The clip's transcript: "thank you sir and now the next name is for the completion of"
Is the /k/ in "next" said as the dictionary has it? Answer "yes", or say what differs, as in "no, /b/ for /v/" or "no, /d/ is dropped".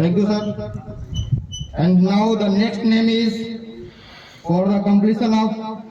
yes